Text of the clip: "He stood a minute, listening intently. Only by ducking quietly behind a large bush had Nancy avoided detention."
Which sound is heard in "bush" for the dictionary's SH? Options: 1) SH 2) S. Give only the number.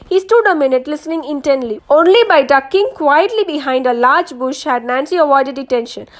1